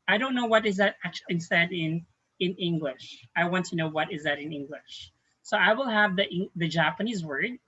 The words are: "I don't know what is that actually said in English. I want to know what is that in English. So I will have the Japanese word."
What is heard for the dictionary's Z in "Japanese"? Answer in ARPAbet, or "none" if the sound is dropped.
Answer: Z